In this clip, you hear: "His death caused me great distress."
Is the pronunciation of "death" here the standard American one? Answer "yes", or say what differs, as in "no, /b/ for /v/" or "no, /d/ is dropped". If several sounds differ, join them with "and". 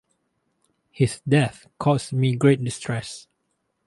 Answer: yes